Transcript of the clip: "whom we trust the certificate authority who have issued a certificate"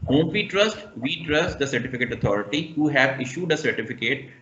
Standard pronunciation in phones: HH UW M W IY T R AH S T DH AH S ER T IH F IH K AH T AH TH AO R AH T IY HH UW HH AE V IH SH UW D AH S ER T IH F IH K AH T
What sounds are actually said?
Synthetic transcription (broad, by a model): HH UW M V IY T R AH S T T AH S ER T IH F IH K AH T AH T AO R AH T IY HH UW HH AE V IH SH UW D AH S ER T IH F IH K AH T